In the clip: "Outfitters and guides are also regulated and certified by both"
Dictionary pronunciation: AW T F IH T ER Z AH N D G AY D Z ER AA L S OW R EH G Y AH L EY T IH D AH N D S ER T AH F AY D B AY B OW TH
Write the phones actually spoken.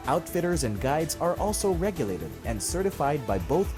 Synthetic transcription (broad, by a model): AW T F IH T ER Z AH N G AY D Z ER AA L S OW R EH G Y AH L EY T IH D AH N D S ER T AH F AY D B AY B OW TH